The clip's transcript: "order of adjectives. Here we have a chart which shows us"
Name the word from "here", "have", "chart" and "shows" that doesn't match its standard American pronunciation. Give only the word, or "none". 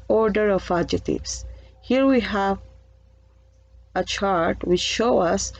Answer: shows